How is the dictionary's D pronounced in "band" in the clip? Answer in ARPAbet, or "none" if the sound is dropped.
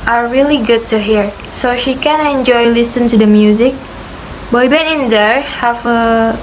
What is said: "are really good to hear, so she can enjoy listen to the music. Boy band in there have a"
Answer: none